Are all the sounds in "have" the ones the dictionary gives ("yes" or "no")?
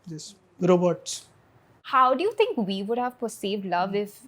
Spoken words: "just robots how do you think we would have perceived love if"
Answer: yes